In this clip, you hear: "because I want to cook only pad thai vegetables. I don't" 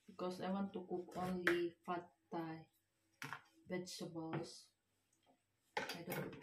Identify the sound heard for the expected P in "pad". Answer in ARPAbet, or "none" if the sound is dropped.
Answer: F